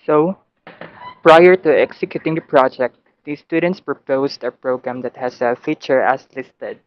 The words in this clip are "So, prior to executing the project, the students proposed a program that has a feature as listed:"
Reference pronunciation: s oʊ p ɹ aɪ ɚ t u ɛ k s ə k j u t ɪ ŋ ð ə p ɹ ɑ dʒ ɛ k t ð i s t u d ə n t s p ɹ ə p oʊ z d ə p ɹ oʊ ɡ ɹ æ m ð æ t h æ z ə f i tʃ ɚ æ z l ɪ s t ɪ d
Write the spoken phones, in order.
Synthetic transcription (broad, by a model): s oʊ p ɹ aɪ ɚ t u ɛ k s ə k j u t ɪ ŋ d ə p ɹ ɑ dʒ ɛ k t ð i s t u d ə n t s p ɹ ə p oʊ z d ə p ɹ oʊ ɡ ɹ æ m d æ t h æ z ə f i tʃ ɚ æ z l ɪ s t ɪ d